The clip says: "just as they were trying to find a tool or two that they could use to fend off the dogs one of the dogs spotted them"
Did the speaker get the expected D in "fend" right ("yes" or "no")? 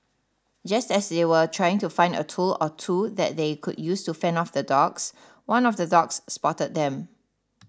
no